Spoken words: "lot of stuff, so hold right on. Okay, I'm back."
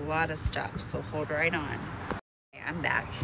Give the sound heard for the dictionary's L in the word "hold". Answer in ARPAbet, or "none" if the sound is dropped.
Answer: L